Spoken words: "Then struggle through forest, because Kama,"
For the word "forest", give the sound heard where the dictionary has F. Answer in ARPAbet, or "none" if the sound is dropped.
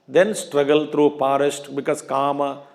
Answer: P